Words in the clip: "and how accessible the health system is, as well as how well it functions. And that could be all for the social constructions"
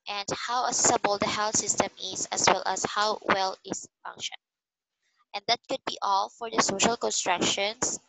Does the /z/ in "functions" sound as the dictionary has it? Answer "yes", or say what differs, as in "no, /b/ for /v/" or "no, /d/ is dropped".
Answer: no, /z/ is dropped